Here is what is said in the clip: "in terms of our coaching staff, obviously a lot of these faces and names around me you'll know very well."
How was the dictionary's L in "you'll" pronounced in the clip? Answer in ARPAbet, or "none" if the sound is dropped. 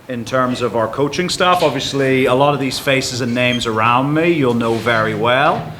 L